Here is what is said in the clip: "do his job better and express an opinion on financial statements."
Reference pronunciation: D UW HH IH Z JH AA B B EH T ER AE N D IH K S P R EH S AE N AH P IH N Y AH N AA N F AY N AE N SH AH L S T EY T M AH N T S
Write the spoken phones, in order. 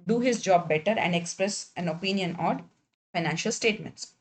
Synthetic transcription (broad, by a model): D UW HH IH Z JH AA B B EH T ER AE N D IH K S P R EH S AE N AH P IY N Y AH N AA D F AY N AE N SH AH L S T EY T M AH N T S